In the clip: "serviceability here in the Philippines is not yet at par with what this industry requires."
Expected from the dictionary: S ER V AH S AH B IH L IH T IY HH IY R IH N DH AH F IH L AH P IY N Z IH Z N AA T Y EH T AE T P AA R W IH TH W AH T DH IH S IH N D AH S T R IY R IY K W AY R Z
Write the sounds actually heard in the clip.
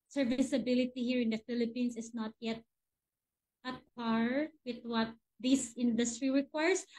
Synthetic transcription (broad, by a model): S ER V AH S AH B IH L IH T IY HH IY R IH N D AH F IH L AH P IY N S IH S N AA T Y EH T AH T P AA R W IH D W AH T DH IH S IH N D AH S T R IY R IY K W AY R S